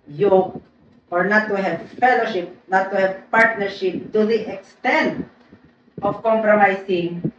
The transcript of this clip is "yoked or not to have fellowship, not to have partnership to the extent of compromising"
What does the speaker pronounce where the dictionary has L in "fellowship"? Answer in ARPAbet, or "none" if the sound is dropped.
L